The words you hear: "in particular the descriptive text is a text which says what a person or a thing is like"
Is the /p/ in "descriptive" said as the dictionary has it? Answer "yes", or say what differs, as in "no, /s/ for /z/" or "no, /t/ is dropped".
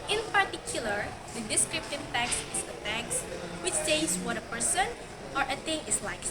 yes